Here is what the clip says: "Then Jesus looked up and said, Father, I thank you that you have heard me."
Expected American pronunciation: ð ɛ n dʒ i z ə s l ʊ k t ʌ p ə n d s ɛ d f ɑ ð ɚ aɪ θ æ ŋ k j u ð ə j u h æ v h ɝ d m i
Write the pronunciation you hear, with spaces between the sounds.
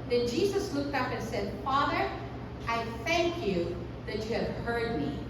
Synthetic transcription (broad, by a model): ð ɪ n dʒ i z ə s l ʊ k t ʌ p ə n s ɛ d f ɑ ð ɚ aɪ θ æ ŋ k j u ð ə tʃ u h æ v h ɝ d m i